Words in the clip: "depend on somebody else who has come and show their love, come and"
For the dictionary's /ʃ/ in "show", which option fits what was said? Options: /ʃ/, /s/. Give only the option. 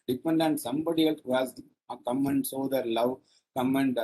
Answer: /s/